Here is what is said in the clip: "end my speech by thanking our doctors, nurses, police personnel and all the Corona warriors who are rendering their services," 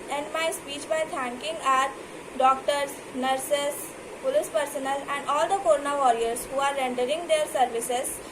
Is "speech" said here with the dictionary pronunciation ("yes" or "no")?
yes